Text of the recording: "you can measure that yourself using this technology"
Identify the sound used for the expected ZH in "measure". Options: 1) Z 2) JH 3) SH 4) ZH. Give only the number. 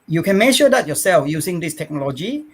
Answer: 3